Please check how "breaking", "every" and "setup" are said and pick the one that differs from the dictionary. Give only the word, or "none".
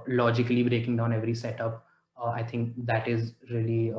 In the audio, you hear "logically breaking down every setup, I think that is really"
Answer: none